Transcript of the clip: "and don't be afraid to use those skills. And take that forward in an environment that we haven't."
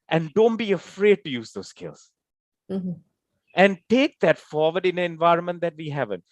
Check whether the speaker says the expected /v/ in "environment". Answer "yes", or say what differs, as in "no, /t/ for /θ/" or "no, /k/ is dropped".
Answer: yes